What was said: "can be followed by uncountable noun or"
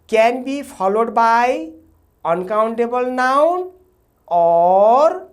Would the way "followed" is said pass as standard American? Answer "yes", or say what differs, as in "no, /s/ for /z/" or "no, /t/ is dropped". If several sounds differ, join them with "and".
no, /p/ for /f/